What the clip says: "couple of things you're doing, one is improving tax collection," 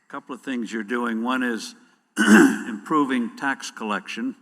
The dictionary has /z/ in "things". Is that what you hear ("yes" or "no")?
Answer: yes